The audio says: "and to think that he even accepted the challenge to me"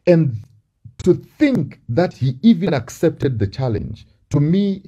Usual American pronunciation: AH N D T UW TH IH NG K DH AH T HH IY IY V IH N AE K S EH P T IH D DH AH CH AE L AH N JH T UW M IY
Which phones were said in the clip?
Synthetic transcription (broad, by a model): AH N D T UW TH IH NG K DH AH T HH IY IY V IH N AE K S EH P T IH D DH AH CH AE L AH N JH T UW M IY